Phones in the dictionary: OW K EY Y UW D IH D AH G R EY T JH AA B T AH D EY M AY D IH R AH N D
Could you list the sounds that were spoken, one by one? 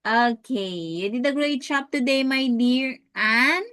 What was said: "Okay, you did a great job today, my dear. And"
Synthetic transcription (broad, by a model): OW K EY Y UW D IH D AH G R EY T CH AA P T AH D EY M AY D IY R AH N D